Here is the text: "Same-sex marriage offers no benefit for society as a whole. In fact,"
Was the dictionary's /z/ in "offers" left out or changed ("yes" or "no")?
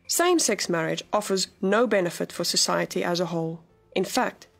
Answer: no